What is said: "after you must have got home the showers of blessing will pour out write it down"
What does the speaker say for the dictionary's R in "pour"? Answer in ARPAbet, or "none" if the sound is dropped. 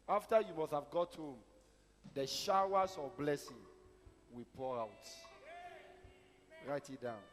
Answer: R